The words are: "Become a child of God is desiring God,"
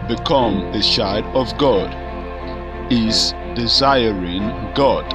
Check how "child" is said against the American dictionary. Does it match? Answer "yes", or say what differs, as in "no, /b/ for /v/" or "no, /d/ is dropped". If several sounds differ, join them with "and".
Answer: no, /ʃ/ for /tʃ/ and /l/ is dropped